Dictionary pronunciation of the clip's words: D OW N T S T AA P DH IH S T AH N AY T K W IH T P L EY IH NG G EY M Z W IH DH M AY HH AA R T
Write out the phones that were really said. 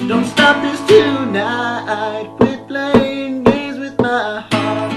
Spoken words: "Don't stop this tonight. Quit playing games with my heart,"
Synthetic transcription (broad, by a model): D OW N T S T AA P DH IH S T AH N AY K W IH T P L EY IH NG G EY Z W IH DH M AY HH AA R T